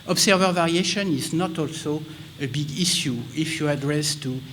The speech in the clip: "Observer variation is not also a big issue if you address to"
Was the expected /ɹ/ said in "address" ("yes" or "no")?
yes